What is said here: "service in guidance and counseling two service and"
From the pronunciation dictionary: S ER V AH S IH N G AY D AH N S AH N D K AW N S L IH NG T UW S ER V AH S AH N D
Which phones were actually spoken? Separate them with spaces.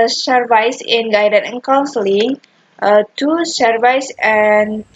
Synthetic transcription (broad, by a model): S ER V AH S IH N G AY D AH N AH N K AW N S L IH NG T UW S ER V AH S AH N